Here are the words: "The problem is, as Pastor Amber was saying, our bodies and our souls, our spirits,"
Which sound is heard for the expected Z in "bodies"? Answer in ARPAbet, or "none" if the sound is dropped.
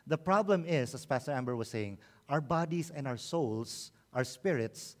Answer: S